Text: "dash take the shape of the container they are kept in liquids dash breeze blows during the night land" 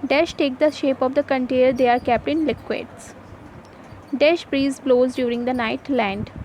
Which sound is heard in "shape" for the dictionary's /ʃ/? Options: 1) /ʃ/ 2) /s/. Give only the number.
1